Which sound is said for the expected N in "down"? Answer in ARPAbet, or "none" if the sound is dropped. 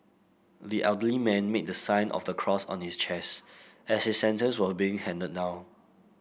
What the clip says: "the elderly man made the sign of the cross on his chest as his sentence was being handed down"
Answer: none